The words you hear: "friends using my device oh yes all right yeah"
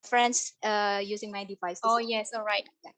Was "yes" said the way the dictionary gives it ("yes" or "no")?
yes